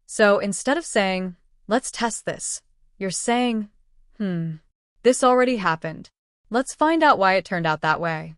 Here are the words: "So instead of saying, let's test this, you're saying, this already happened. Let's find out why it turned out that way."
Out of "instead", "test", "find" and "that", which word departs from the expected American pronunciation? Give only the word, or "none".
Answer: none